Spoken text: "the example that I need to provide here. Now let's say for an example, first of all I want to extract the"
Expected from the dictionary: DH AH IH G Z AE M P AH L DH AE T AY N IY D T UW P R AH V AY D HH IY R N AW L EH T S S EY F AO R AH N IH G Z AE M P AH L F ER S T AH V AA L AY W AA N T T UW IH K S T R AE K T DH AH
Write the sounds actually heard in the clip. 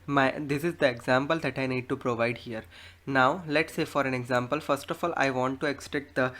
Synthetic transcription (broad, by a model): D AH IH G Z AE M P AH L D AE T AY N IY D T UW P R AH V AY D HH IY R N AW L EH T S S EY F AO R AH N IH G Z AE M P AH L F ER S T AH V AA L AY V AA N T T UW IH K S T EH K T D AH